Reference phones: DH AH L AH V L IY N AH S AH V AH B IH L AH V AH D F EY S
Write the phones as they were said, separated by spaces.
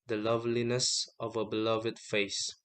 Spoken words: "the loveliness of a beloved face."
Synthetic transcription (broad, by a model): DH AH L AH V L IY N AH S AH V AH B IH L AH V AH D F EY S